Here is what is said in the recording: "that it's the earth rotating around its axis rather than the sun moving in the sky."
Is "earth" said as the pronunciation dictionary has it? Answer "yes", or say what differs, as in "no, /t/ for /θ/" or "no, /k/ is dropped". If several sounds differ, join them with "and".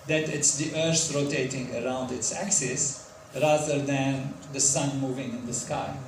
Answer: no, /s/ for /θ/